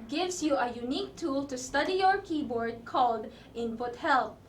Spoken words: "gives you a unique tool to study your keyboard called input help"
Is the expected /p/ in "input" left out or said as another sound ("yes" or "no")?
yes